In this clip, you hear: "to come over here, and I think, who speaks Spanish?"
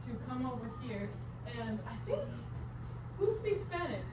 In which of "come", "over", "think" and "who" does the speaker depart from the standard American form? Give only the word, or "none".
none